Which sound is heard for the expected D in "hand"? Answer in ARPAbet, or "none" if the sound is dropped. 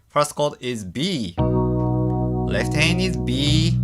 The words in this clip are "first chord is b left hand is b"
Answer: none